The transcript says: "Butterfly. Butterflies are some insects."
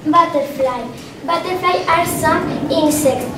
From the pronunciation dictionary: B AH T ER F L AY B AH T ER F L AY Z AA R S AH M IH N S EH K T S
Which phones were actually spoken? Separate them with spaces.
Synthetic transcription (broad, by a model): B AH T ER F L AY B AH T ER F L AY AA R S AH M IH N S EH K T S